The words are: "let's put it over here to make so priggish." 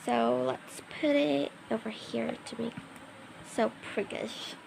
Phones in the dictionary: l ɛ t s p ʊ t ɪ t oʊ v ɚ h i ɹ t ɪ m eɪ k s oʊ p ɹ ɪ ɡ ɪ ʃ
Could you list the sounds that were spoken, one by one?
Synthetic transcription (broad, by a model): l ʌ t s p ʊ t ɪ t oʊ v ɚ h i ɹ t ɪ m eɪ k s oʊ p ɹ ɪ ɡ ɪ ʃ